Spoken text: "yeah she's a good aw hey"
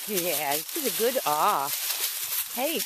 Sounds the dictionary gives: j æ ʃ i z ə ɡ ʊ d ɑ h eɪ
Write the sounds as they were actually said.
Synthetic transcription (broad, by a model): j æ s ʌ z ə ɡ ʊ d ɑ h eɪ